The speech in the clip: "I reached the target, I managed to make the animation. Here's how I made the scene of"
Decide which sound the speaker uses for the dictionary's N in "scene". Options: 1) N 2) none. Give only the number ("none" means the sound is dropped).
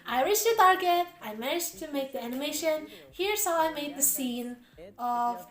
1